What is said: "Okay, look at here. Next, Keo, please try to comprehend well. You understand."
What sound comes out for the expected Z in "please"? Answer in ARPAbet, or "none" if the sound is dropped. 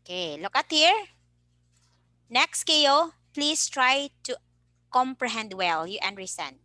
S